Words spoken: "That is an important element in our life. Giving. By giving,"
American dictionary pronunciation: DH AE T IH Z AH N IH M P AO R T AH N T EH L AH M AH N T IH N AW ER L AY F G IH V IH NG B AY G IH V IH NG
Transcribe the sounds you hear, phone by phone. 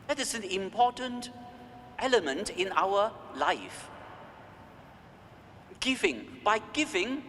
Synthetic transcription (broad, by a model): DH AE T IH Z AH N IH M P AO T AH N T EH L AH M AH N T IH N AW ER L AY F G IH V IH NG B AY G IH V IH NG